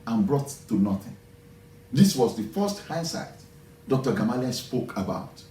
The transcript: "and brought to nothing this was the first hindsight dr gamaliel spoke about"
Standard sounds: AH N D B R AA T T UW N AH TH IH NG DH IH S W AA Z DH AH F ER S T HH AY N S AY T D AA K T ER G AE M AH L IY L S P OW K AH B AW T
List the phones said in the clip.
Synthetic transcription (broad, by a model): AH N B R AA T T UW N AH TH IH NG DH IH S W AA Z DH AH F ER S T HH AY S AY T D AA K T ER G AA M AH L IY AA S P OW K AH B AW T